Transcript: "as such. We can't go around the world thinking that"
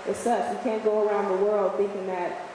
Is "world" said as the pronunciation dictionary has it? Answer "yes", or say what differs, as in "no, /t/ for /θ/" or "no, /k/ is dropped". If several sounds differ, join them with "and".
yes